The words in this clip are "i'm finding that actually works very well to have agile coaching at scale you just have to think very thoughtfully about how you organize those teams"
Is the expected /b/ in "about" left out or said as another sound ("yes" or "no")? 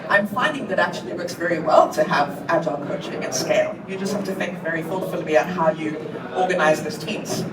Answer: yes